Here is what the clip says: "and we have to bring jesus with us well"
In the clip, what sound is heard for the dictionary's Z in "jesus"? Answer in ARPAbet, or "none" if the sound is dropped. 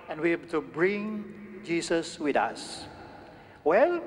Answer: S